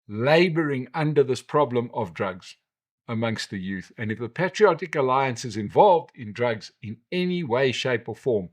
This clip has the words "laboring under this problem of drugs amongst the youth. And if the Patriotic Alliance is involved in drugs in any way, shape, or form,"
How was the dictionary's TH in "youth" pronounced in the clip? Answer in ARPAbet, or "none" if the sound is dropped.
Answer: TH